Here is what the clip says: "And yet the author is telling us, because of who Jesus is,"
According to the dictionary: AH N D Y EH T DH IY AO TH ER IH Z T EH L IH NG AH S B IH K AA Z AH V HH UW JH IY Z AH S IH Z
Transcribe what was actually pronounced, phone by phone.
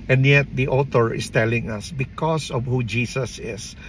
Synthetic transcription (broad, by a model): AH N D Y EH T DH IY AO T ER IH S T EH L IH NG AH S B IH K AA S AH V HH UW JH IY S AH S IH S